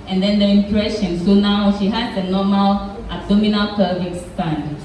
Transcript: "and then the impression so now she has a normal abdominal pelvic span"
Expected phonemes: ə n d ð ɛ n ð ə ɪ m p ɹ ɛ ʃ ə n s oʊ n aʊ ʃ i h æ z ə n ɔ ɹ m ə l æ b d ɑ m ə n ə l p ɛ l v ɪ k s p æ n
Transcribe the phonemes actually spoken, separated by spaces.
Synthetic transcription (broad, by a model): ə n d ɛ n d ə ɪ m p ɹ ɛ ʃ ə n s oʊ n aʊ ʃ i h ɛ s ə n ɔ m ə l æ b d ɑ m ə n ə l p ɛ v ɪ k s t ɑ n